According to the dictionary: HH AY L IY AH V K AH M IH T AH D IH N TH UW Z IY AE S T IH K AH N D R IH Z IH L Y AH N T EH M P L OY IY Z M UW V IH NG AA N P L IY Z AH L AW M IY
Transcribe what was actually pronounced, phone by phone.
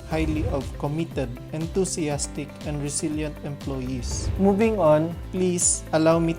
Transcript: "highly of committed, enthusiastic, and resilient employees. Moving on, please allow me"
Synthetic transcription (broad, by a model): HH AY L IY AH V K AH M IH T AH D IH N T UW S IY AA S T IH K AH N D R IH S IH L Y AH N T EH M P L OY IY S M UW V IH NG AA N P L IY S AH L AW M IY